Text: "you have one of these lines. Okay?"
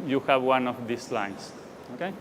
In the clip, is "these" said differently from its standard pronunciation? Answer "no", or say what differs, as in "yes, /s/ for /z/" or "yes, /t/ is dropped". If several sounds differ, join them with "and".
yes, /s/ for /z/